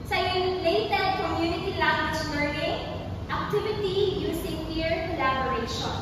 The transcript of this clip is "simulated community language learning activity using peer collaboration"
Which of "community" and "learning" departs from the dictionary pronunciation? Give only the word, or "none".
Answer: learning